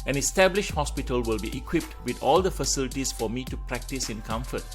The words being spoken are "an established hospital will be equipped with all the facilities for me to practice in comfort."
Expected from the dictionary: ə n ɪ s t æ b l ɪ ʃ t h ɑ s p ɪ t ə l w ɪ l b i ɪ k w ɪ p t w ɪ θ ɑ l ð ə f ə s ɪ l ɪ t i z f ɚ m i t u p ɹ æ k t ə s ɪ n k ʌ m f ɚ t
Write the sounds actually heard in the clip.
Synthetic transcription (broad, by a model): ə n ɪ s t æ b l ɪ ʃ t h ɑ s p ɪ t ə l w ɪ l b i ɪ k w ɪ p t w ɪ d ɑ l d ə f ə s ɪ l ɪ t i s f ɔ m i t u p ɹ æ k t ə s ɪ n k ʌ m f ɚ t